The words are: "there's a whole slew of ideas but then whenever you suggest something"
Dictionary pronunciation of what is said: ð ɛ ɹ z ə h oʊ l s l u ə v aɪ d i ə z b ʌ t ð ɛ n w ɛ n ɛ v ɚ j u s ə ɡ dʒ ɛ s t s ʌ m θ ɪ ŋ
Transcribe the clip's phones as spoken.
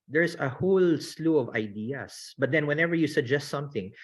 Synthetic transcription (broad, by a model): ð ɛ ɹ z ə h oʊ l s l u ə v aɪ d i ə s b ʌ t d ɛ n w ɛ n ɛ v ɚ j u s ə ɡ dʒ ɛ s t s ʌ m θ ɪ ŋ